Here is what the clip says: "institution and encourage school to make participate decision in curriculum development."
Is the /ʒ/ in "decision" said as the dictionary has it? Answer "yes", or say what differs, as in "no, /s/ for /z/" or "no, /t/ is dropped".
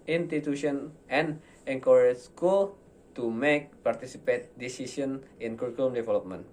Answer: no, /s/ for /ʒ/